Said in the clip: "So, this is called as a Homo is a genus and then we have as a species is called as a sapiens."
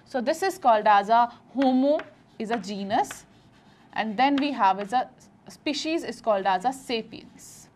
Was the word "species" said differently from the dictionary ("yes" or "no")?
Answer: no